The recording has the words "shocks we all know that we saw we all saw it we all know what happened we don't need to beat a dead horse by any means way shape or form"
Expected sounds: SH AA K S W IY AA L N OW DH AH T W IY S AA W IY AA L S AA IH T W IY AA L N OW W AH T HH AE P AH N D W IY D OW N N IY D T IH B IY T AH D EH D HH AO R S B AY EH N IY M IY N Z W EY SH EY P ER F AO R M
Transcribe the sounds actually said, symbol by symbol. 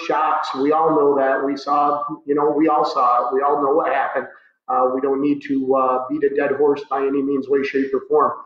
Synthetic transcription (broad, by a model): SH AA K S W IY AA L N OW DH AH T W IY S AA W IY AA L S AA IH T W IY AA L N OW W AH T HH AE P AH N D W IY D OW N N IY D T IH B IY T AH D EH D HH AO R S B AY EH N IY M IY N Z W EY SH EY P ER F AO R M